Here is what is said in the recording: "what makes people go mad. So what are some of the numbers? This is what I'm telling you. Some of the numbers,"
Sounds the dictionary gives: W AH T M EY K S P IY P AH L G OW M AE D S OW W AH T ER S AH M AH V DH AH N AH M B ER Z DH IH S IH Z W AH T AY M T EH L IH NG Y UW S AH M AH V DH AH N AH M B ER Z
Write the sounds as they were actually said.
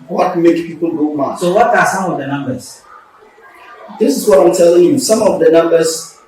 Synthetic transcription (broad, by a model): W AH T M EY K P IY P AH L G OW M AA S OW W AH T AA S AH M AH V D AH N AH M B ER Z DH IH S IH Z W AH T AY M T EH L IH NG Y UW S AH M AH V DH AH N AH M B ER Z